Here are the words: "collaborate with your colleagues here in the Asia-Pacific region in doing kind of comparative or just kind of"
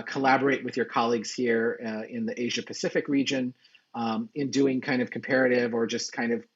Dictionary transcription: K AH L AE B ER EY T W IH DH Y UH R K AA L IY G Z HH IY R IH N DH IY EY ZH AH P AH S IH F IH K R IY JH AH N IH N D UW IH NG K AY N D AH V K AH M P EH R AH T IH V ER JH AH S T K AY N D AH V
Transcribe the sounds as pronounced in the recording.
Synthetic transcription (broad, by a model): K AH L AE B ER EY T W IH DH Y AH R K AA L IY G Z HH IY R IH N DH IY EY ZH AH P AH S IH F IH K R IY JH AH N IH N D UW IH NG K AY N D AH V K M P EH R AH T IH V ER JH AH S K AY N D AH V